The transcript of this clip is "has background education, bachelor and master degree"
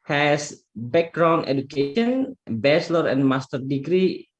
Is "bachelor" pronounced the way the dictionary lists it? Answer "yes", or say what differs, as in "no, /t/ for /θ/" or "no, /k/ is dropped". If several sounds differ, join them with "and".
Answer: no, /s/ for /tʃ/